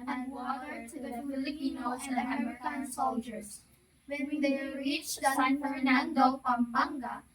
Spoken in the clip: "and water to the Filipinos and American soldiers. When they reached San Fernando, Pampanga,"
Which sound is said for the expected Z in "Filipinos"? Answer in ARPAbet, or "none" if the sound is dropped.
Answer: none